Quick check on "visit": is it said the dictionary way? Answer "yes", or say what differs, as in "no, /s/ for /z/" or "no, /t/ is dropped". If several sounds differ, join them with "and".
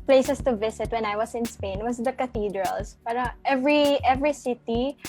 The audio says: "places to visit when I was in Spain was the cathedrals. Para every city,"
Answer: no, /s/ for /z/